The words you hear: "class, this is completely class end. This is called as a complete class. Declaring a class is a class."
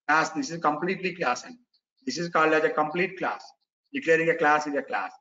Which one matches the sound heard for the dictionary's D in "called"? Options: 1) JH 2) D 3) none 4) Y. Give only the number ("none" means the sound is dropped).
2